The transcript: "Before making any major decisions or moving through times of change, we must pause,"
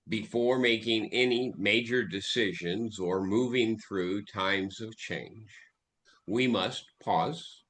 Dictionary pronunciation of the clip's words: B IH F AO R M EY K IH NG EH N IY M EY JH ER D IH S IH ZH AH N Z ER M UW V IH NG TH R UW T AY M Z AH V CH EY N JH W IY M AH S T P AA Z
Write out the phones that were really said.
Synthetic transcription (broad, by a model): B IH F AO R M EY K IH NG EH N IY M EY JH ER D IH S IH ZH AH N Z ER M UW V IH NG TH R UW T AY M Z AH V CH EY N JH W IY M AH S T P AA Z